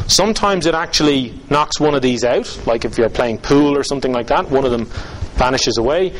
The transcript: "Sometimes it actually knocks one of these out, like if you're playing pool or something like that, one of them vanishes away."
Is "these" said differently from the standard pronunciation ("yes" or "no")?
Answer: no